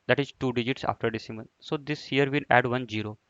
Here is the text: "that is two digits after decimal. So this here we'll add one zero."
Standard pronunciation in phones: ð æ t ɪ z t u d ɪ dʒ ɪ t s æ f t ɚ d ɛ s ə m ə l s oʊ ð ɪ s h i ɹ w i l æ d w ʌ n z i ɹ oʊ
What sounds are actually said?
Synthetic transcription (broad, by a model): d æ t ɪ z t u d ɪ dʒ ɪ t s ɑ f t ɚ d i s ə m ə n s oʊ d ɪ s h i ɹ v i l æ d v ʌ n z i ɹ oʊ